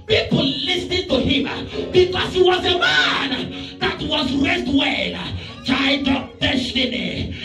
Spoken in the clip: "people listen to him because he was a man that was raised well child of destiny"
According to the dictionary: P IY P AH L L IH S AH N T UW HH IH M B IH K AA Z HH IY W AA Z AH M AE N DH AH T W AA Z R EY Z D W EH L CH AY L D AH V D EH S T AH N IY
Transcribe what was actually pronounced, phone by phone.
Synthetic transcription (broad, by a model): P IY P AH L L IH S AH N T UW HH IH M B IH K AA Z HH IY W AA Z AH M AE N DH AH T W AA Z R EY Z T W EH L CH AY D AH P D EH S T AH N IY